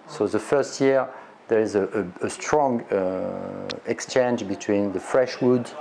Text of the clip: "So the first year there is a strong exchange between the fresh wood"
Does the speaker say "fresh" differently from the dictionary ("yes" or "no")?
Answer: no